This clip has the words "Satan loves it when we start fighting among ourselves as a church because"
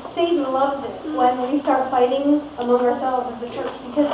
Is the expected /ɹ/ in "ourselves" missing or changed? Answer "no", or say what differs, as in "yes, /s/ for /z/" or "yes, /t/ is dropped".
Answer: no